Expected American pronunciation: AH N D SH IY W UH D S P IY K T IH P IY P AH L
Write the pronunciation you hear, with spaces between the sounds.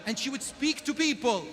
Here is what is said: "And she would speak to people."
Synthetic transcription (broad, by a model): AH N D SH IY W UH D S P IY K T IH P IY P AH L